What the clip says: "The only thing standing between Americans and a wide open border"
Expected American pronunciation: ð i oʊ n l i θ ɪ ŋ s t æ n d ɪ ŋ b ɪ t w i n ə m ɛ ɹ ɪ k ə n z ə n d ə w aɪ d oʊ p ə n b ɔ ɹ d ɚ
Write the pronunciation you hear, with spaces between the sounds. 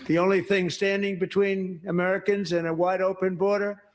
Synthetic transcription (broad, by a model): ð i oʊ n l i θ ɪ ŋ s t æ n d ɪ ŋ b ɪ t w i n ə m ɛ ɹ ɪ k ə n z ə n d ə w aɪ d oʊ p ə n b ɔ ɹ d ɚ